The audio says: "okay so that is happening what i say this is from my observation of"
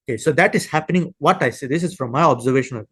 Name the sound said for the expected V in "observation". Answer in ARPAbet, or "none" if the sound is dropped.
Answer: V